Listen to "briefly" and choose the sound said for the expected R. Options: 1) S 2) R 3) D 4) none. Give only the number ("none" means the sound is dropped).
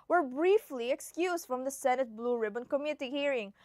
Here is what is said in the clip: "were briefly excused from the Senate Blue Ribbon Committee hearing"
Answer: 2